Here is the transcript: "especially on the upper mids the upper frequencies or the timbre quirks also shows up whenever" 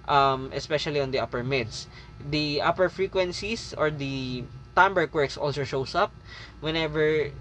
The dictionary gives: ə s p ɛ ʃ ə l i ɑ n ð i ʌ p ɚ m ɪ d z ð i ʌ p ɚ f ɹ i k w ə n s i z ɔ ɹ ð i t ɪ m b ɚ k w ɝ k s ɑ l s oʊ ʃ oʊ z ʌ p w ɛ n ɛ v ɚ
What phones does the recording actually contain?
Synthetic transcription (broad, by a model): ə s p ɛ ʃ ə l i ɑ n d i ʌ p ɚ m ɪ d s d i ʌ p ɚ f ɹ i k w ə n s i s ɔ ɹ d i t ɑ m b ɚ k w ɝ k s ɑ l s oʊ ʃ oʊ s ʌ p w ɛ n ɛ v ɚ